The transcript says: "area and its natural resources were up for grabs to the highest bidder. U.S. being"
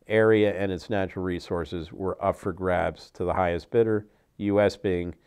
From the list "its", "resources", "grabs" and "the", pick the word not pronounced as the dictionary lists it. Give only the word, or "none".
none